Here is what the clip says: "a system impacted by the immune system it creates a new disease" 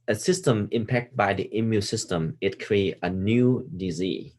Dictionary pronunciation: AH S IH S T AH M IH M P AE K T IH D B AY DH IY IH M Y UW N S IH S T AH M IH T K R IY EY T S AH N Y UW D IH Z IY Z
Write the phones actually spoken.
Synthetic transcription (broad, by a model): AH S IH S T AH M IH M P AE K T B AY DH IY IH M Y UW S IH S T AH M IH T K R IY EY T AH N Y UW D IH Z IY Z